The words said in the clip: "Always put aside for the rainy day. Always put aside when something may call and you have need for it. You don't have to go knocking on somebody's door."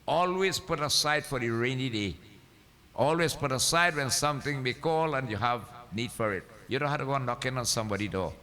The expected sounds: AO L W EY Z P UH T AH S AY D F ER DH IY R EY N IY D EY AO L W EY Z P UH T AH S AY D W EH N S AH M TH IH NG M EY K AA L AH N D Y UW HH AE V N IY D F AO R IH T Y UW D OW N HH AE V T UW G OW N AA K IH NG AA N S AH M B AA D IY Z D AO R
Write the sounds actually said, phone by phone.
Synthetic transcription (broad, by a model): AO L W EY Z P UH T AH S AY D F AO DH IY R EY N IY D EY AO L W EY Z P UH T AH S AY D W EH N S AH M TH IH NG M EY K AA L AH N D Y UW HH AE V N IY D F AO R IH T Y UW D OW N HH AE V T UW G OW N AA K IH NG AA N S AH M B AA D IY D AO